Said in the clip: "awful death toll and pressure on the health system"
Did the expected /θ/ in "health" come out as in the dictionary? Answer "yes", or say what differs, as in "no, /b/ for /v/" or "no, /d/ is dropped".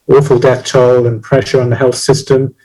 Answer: yes